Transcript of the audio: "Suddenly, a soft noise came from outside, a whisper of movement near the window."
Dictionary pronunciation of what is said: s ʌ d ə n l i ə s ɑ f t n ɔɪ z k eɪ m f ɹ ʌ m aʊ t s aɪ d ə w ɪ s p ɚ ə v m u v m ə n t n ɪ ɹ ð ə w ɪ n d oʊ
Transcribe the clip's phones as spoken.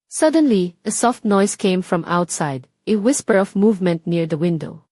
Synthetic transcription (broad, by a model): s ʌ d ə n l i ə s ɑ f t n ɔɪ s k eɪ m f ɹ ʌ m aʊ t s aɪ d ə w ɪ s p ɚ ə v m u v m ə n t n ɪ ɹ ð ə w ɪ n d oʊ